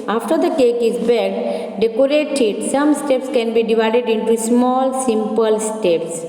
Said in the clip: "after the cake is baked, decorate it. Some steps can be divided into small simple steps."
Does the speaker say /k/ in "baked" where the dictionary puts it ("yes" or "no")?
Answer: no